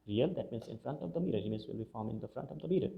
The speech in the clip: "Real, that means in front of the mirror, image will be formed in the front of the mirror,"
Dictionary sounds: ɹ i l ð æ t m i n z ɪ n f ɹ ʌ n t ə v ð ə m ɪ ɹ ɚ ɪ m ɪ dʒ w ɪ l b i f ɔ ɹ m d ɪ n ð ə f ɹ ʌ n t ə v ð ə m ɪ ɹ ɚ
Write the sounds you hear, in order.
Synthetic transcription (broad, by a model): ɹ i l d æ t m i n s ɪ n f ɹ ʌ n t ə v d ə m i ɹ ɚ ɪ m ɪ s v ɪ l b i f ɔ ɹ m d ɪ n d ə f ɹ ʌ n t ə v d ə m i ɹ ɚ